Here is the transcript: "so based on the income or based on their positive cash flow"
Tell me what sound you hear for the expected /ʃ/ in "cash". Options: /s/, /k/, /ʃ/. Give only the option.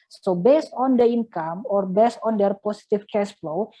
/s/